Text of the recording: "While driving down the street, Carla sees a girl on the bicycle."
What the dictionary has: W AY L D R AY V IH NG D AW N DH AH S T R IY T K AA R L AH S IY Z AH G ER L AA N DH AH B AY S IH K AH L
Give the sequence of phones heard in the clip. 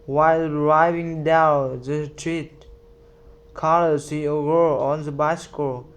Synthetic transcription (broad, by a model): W AY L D R AY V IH NG D AW N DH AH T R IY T K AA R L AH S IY AH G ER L AA N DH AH B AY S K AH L